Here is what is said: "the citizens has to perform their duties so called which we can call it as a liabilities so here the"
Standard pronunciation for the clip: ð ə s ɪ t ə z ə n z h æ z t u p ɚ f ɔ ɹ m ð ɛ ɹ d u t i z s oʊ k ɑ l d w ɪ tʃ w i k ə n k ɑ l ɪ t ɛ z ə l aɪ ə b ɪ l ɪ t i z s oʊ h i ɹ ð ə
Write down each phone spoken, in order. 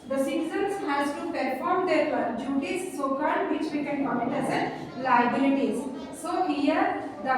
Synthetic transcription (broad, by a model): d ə s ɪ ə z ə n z h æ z t u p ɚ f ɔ ɹ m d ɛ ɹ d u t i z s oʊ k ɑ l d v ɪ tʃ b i k ə n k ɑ n ɪ t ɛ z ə l aɪ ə b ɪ l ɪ t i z s oʊ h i ɹ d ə